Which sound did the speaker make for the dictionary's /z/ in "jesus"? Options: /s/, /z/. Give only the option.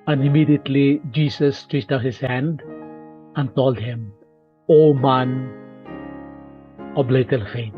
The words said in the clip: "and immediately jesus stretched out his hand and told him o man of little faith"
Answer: /s/